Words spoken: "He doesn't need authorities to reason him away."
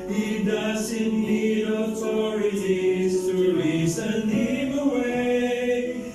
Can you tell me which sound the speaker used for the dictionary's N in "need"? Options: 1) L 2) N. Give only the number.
1